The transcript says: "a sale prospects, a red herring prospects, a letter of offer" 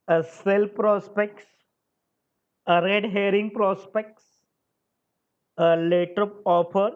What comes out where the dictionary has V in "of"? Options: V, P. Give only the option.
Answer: P